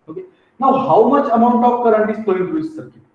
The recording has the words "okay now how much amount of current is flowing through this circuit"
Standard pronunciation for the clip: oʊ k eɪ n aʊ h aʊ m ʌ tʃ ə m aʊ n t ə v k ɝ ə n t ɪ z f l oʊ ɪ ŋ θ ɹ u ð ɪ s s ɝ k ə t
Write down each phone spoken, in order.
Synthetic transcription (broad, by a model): oʊ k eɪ n aʊ h aʊ m ʌ tʃ ə m aʊ n t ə p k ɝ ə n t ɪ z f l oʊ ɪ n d ɹ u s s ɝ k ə